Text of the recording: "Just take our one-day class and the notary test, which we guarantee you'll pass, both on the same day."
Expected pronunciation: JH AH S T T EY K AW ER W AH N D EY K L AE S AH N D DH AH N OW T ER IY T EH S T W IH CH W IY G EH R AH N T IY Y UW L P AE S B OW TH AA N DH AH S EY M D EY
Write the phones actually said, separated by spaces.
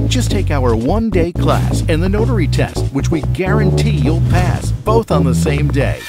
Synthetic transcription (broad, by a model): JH AH S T T EY K AW ER W AH N D EY K L AE S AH N DH AH N OW T ER IY T EH S T W IH CH W IY G EH R AH N T IY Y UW L P AE S B OW TH N DH AH S EY M D EY